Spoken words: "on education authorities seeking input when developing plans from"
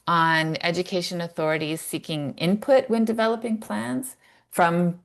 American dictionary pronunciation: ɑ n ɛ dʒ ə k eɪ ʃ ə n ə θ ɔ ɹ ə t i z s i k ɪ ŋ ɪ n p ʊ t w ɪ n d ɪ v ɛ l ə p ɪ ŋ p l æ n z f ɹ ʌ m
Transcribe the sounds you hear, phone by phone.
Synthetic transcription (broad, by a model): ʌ n ɛ dʒ ə k eɪ ʃ ə n ə θ ɔ ɹ ə t i z s i k ɪ ŋ ɪ n p ʊ t w ɪ n d ɪ v ɛ l ə p ɪ ŋ p l æ n z f ɹ ʌ m